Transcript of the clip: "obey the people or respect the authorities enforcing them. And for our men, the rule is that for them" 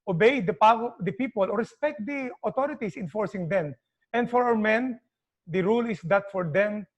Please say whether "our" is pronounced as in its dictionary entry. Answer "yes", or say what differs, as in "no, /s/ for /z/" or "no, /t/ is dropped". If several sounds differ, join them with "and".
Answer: no, /w/ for /ɹ/